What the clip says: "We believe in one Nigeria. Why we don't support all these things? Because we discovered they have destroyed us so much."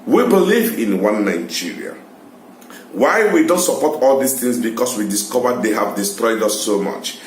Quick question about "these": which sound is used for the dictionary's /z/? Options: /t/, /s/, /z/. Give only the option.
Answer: /s/